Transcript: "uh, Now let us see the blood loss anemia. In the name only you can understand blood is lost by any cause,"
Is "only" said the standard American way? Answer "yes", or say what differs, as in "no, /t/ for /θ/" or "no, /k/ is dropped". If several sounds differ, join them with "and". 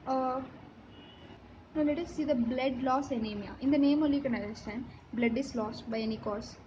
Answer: no, /n/ is dropped